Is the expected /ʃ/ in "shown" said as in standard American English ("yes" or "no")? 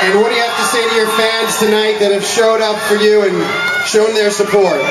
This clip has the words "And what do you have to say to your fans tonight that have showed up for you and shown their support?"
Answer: yes